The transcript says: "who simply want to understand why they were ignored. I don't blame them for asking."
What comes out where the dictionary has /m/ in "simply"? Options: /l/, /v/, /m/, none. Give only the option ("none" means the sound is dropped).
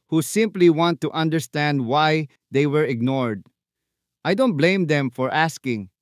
/m/